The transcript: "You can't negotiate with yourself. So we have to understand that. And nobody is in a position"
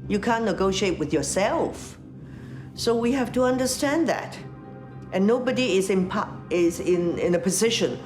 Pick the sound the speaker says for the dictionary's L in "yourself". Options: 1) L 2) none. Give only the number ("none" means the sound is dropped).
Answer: 1